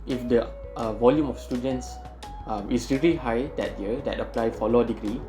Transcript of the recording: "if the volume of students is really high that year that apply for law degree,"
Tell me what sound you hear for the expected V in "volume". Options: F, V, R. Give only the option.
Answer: V